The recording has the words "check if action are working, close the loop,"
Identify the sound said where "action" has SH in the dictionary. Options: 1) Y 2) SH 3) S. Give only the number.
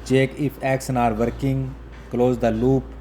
3